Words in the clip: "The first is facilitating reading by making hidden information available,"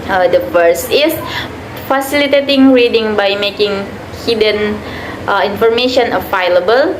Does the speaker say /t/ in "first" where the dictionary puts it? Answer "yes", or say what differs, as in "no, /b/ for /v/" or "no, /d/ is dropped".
no, /t/ is dropped